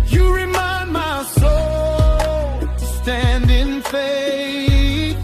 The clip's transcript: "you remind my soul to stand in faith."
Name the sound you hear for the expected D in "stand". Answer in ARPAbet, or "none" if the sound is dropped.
D